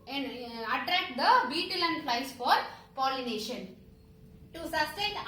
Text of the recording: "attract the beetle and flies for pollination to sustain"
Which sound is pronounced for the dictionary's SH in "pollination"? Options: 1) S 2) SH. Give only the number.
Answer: 2